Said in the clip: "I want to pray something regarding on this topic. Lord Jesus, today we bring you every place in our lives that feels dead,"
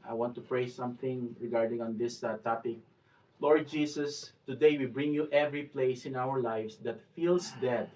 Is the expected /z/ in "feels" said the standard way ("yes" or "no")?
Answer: no